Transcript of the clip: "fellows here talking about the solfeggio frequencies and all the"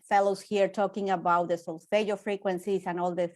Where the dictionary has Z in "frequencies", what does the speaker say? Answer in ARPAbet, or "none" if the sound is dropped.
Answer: S